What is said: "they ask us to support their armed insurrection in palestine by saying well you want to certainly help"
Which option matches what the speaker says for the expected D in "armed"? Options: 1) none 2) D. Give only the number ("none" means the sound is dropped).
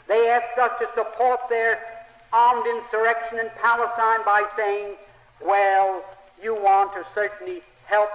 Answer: 2